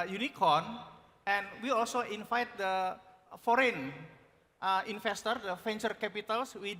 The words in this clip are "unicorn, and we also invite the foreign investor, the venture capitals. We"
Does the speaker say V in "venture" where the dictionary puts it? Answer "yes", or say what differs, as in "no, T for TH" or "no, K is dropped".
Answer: no, F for V